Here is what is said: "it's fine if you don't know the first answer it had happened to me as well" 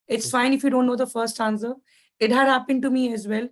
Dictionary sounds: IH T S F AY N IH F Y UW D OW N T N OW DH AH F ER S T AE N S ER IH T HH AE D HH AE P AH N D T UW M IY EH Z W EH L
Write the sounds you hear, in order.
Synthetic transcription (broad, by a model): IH T S F AY N IH F Y UW D OW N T N OW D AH F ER S T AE N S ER IH T HH AE D HH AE P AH N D T UW M IY EH Z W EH L